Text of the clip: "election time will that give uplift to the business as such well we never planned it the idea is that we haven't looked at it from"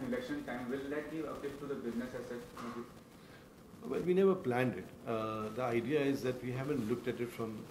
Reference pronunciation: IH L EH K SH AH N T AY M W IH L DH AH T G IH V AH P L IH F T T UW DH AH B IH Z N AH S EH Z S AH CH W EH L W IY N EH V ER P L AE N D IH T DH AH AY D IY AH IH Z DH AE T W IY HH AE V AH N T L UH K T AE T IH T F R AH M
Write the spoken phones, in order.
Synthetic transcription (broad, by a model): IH L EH K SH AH N T AY M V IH L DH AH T G IH V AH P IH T T UW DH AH B IH Z N AH S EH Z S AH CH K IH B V IY N EH V ER P L AE N D IH T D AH AY D IY AH IH Z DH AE T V IY HH AE V AH N T L UH K T AE T IH T F R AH M